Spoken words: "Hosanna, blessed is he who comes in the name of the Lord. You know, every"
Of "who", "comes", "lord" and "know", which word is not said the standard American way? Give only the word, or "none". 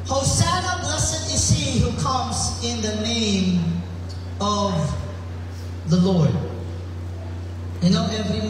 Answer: none